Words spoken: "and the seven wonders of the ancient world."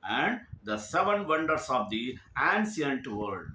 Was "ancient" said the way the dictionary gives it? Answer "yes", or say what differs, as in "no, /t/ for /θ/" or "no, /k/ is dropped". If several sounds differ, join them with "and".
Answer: no, /s/ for /ʃ/